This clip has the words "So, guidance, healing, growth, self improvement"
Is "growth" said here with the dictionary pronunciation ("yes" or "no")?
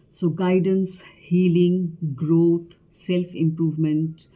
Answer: no